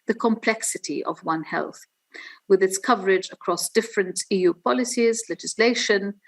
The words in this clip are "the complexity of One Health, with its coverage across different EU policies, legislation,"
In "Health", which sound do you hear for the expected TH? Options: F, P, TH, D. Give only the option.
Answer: TH